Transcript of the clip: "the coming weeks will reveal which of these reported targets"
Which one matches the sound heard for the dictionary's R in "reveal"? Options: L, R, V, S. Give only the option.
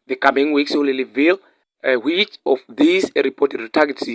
L